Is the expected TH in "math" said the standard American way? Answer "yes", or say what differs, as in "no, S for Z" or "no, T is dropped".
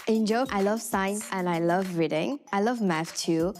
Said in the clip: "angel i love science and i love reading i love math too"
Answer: no, F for TH